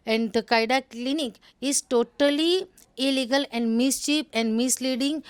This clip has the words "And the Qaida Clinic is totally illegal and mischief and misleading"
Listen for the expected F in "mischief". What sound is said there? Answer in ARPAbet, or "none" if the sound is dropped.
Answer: P